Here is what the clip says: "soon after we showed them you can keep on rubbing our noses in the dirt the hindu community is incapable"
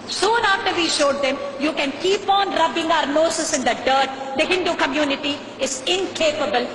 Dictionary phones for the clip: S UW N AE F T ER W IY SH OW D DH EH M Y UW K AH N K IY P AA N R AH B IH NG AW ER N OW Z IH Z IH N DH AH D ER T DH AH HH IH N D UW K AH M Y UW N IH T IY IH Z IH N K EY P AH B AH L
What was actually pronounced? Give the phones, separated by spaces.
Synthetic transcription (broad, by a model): S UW N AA F T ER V IY SH OW D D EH M Y UW K AH N K IY P AA N R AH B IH NG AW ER N OW S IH S IH N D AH D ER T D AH HH IH N D UW K AH M Y UW N IH T IY IH Z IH N K EY P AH B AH L